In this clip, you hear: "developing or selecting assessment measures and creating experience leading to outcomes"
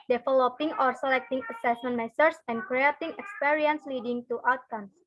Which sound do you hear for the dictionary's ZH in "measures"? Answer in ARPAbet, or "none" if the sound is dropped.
S